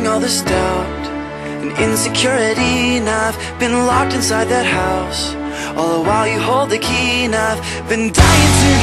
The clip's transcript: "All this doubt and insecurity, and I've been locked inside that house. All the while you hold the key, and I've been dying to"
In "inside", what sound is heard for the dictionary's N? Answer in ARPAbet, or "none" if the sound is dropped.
N